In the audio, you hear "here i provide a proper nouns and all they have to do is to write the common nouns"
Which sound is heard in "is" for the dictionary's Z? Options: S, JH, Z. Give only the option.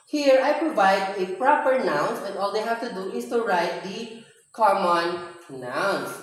S